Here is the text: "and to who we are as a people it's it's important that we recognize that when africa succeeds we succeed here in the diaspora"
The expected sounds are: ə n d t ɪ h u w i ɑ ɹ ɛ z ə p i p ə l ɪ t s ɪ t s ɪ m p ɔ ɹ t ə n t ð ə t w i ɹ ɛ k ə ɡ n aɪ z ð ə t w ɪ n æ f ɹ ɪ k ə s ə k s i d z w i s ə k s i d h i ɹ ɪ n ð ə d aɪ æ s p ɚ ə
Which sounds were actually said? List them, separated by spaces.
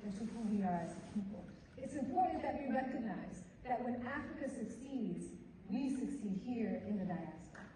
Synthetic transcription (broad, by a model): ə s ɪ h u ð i ɑ ɹ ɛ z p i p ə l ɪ ɪ t s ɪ m p ɔ ɹ t n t ð ə t w i ɹ ɛ k ə ɡ n aɪ z ð ə t w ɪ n æ f ɹ ɪ k ə s ə k s i d z w i s ə k s i d h i ɹ ɪ n ð ə d aɪ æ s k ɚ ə